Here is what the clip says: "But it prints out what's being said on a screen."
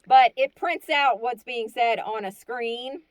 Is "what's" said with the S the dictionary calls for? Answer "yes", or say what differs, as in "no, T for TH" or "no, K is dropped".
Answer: yes